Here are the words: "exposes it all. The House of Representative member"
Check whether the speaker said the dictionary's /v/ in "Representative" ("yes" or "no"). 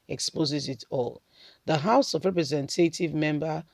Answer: yes